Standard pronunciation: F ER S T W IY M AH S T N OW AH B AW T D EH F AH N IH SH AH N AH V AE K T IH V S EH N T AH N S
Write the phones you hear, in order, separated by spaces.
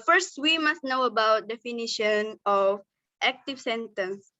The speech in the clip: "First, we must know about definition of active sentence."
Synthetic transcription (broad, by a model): F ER S T W IY M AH S T N OW AH B AW T D EH F AH N IH SH AH N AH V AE K T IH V S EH N T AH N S